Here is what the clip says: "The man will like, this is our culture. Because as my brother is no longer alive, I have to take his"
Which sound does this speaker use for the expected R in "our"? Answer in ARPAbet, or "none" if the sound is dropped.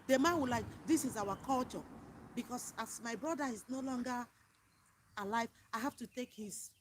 W